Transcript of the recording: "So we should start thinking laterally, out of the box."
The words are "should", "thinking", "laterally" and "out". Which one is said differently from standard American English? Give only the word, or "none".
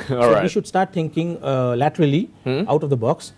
thinking